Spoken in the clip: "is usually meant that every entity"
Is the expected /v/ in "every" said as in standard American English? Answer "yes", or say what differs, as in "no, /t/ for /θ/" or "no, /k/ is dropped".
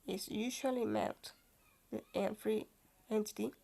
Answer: no, /f/ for /v/